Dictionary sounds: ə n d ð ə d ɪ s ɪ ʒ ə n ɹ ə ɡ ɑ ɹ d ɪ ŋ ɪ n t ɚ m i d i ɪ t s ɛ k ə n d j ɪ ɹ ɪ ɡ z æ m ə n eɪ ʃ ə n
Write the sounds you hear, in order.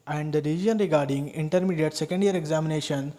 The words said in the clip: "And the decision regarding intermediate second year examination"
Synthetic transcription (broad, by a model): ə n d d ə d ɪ i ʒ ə n ɹ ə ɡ ɑ ɹ d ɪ ŋ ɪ n t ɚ m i d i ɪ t s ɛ k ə n d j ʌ ɹ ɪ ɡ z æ m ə n eɪ ʃ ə n